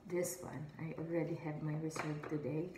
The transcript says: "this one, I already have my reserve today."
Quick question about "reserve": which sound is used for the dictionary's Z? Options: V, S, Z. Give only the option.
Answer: S